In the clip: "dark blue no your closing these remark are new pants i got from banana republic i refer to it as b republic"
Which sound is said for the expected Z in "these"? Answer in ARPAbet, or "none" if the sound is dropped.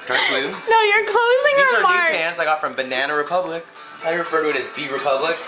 none